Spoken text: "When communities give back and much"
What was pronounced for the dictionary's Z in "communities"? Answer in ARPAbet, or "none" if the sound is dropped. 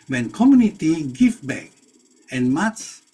none